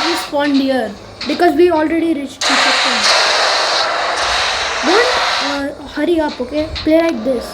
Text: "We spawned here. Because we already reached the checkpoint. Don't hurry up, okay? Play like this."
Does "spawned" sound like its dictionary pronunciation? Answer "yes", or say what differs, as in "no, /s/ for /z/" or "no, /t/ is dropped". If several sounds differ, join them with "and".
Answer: no, /f/ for /p/